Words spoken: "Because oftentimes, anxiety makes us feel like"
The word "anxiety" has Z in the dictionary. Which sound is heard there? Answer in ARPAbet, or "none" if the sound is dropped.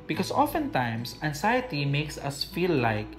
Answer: S